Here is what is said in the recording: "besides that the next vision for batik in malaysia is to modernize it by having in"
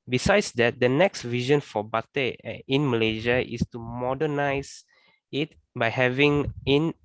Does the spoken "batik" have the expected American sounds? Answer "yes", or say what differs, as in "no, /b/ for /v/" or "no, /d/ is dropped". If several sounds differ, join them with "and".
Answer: no, /k/ is dropped